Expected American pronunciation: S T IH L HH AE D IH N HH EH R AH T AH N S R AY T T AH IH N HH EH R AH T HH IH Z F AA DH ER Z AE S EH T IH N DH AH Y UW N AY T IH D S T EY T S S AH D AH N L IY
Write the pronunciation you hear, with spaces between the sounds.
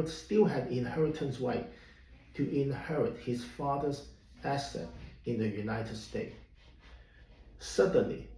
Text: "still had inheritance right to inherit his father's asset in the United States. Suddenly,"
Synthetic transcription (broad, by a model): S T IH L HH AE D IH N HH EH R AH T AH N S W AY T T IH N HH EH R AH T HH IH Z F AA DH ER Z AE S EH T IH N DH AH Y UW N AY T IH D S T EY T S S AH D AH N L IY